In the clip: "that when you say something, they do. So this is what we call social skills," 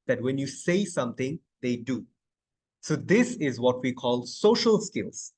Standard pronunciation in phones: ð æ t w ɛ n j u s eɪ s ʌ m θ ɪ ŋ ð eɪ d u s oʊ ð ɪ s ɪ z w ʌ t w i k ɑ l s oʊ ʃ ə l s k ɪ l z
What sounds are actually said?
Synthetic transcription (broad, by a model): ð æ t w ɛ n j u s eɪ s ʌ m t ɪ ŋ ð eɪ d u s oʊ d ɪ s ɪ z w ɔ t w i k ɑ l s oʊ ʃ ə l s k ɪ l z